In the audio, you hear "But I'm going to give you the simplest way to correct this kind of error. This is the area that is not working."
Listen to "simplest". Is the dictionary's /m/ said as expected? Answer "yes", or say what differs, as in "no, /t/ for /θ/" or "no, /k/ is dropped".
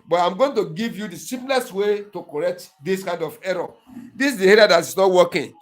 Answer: no, /m/ is dropped